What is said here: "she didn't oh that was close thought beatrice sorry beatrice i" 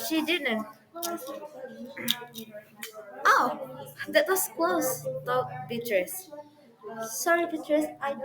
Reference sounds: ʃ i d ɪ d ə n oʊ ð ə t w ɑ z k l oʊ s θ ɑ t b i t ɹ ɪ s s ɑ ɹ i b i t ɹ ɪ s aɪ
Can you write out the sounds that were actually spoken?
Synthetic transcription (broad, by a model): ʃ i d ɪ d ə n oʊ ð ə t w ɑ s k l oʊ s t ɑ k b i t ɹ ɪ s s ɑ ɹ i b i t ɹ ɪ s aɪ